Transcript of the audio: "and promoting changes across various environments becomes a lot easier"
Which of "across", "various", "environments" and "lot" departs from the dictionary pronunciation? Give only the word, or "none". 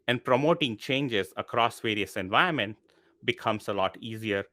environments